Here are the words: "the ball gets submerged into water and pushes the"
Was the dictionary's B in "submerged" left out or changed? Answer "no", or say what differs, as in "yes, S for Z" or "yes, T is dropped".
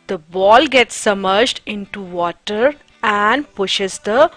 yes, B is dropped